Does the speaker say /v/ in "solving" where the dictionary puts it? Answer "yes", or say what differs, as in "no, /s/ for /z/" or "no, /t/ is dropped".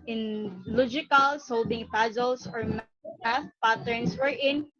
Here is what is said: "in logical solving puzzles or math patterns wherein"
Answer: no, /b/ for /v/